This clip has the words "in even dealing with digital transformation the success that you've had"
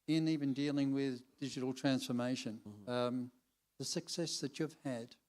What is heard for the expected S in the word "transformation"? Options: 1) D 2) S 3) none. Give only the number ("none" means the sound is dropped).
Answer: 2